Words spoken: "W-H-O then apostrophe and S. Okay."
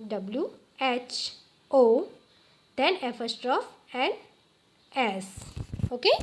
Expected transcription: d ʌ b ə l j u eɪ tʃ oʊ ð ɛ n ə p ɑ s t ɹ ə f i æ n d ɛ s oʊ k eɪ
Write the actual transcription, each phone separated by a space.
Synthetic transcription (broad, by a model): d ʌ b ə l j u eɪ tʃ oʊ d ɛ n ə f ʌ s t ɹ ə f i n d ɛ s oʊ k eɪ